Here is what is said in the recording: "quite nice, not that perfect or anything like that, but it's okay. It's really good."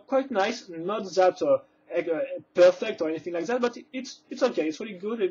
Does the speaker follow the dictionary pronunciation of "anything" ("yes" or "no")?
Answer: yes